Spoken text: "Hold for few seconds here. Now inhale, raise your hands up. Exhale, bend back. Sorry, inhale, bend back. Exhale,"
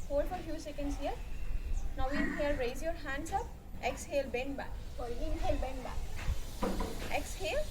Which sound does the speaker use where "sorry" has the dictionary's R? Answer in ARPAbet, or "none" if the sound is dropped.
L